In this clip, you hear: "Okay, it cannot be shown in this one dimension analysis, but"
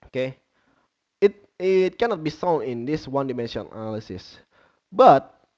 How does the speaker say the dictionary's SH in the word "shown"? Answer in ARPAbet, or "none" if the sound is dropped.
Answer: S